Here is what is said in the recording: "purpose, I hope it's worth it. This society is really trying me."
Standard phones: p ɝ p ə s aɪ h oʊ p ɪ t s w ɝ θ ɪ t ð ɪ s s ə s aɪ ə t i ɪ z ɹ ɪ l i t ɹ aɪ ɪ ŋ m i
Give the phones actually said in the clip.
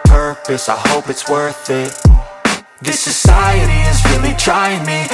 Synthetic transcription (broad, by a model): p ɝ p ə s aɪ h oʊ p ɪ t s w ɝ θ ɪ t ð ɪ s s ə s aɪ ə t i ɪ z ɹ ɪ l i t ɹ aɪ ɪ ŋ m i